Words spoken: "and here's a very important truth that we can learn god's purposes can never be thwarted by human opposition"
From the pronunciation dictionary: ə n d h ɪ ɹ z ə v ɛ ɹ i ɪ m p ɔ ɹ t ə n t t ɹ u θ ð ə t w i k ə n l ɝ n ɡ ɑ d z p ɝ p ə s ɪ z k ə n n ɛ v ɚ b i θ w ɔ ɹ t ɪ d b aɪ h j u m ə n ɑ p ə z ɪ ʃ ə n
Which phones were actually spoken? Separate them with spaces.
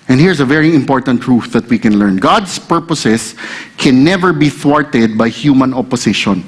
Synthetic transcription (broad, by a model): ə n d h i ɹ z ə v ɛ ɹ i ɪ m p ɔ ɹ t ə n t t ɹ u θ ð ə t w i k ə n l ɝ n ɡ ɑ d s p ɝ p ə s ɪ s k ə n n ɛ v ɚ b i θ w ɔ ɹ t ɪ d b aɪ h j u m ə n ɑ p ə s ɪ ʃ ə n